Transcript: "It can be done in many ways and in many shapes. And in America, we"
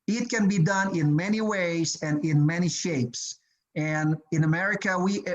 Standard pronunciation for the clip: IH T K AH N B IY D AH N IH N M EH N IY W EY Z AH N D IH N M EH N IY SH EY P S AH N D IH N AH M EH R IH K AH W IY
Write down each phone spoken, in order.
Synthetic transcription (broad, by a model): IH T K AH N B IY D AH N IH N M EH N IY W EY Z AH N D IH N M EH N IY SH EY P S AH N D IH N AH M EH R IH K AH W IY